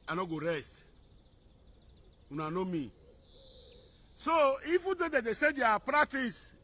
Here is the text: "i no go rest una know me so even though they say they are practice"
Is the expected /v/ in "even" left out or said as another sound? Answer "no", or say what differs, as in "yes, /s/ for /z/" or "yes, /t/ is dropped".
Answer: yes, /f/ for /v/